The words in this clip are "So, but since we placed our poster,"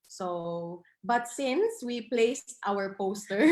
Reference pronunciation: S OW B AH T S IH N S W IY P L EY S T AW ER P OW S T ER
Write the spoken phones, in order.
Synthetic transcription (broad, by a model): S OW B AH T S IH N S W IY P L EY S T AW ER P OW S T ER